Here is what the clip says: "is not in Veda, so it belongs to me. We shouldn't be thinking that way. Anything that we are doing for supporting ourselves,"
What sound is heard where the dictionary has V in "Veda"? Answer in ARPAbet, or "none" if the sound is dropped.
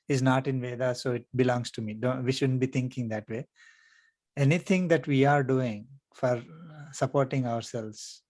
V